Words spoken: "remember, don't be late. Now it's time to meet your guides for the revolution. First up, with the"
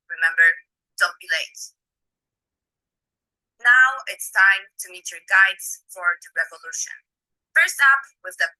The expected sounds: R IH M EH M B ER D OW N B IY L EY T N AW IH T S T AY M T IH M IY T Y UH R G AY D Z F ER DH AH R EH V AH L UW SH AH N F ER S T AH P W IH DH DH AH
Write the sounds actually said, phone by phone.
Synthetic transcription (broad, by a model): R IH M EH M B ER D OW N B IY L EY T N AW IH T S T AY M T IH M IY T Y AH R G AY D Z F ER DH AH R EH V AH L UW SH AH N F ER S T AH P W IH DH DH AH